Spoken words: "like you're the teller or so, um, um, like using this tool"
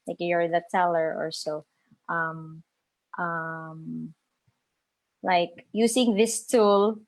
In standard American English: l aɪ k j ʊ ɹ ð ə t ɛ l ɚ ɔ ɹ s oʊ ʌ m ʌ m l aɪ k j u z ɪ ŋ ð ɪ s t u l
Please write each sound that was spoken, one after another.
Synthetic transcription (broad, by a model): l aɪ k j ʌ ɹ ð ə t ɛ l ɚ ɔ ɹ s oʊ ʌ m ʌ m l aɪ k j u s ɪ ŋ ð ɪ s t u l